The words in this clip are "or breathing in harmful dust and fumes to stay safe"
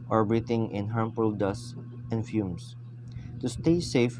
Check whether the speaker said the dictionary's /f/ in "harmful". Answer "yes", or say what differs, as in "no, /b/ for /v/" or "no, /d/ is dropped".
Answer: no, /p/ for /f/